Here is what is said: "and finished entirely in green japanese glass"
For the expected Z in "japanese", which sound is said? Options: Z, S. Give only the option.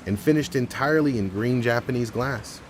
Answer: Z